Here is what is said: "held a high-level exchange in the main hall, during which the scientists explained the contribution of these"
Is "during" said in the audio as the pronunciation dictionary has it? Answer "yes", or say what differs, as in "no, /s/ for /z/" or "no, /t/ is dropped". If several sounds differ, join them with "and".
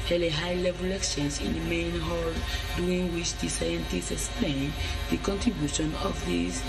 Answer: no, /ɹ/ is dropped